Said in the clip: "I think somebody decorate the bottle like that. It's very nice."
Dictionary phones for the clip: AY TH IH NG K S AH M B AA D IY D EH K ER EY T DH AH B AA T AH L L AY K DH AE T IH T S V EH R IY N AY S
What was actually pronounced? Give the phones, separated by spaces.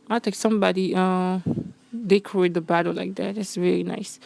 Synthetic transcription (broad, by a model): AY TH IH K S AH M B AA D IY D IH K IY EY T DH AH B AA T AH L L AY K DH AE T IH T S V EH R IY N AY S